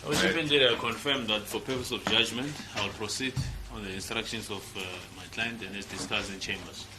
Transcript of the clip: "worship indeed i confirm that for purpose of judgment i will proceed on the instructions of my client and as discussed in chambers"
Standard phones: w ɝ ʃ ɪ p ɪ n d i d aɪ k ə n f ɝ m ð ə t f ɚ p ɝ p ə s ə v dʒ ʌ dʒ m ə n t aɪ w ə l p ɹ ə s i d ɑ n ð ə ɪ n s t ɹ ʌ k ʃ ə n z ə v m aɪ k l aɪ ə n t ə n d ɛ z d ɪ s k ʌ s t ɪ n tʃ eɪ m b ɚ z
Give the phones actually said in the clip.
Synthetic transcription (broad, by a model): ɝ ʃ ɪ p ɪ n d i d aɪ k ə n f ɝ m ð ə t f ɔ p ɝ p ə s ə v dʒ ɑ dʒ m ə n t aɪ w ə l p ɹ ə s i d ɑ n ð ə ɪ n s t ɹ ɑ k ʃ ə n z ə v m aɪ k l aɪ ə n t ə n d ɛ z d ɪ s k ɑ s ɪ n tʃ eɪ m b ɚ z